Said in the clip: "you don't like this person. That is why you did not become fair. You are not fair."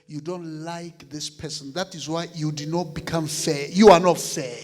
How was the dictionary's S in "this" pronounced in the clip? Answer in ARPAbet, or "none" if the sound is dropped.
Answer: S